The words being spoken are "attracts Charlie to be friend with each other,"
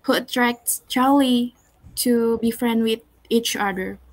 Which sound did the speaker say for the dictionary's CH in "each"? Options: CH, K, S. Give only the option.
CH